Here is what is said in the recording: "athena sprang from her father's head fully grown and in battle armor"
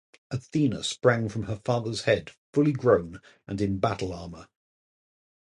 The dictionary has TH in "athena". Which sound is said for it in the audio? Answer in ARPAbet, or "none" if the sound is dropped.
TH